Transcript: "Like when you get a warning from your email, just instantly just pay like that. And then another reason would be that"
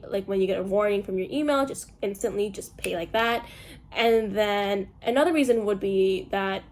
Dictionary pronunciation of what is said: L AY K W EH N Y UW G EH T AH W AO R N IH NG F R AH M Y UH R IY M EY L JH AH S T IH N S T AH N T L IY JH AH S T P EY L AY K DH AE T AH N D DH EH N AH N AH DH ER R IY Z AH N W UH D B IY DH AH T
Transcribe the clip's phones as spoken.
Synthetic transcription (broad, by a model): L AY K W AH N Y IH G EH T AH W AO R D IH NG F R AH M Y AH R IY M EY L JH AH S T IH N S T AH N T L IY JH AH S P EY L AY K DH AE T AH N DH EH N AH N AH DH ER R IY Z AH N W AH D B IY DH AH T